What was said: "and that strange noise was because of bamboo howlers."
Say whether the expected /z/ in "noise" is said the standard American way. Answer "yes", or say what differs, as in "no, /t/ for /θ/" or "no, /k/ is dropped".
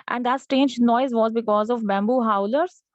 yes